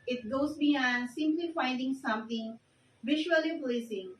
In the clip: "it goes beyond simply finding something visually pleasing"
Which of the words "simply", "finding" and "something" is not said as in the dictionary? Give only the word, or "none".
something